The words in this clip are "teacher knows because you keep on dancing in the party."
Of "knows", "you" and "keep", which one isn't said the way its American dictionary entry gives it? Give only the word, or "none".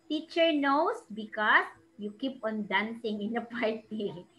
knows